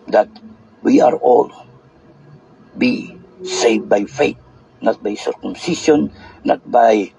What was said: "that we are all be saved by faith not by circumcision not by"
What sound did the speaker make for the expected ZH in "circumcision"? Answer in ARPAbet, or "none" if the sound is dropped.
SH